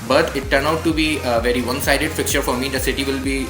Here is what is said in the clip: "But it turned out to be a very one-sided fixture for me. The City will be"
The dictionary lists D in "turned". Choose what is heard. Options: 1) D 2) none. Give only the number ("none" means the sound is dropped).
2